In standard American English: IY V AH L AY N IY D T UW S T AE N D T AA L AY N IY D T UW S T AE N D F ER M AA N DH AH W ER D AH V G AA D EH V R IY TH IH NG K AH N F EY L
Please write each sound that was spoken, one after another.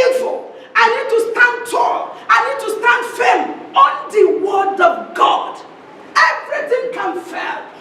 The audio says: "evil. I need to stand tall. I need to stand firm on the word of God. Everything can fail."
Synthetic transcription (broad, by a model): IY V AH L AY N IY D T UW S T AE N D T AA L AY N IY D T UW S T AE N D F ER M AA N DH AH W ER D AH V G AA D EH V R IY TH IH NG K AH N F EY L